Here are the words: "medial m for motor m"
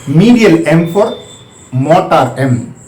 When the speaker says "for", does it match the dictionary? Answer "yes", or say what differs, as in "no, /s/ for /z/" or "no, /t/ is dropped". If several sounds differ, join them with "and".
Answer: no, /p/ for /f/